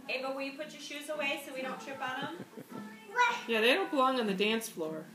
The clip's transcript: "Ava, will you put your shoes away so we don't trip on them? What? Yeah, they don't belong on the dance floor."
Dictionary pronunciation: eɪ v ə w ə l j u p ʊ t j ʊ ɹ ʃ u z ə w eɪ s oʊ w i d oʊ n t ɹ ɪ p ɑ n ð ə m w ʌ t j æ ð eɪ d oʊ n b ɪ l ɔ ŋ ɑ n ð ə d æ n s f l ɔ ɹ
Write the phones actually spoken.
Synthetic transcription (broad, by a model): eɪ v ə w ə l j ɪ p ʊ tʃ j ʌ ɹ ʃ u z ə w eɪ s oʊ w i d oʊ n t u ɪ b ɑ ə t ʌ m j æ ð eɪ d oʊ n b ɪ l ɔ ŋ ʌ n ð ə d æ n s f l ɔ ɹ